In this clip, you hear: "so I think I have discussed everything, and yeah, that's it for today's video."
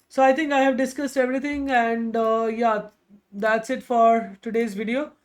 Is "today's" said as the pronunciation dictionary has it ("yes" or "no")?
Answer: yes